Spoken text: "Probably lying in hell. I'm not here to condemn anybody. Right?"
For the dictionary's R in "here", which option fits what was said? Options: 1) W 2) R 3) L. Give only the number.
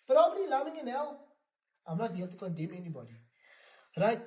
3